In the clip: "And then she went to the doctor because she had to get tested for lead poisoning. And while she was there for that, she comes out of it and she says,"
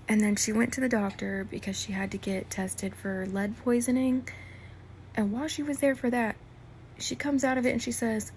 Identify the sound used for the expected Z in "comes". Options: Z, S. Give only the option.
Z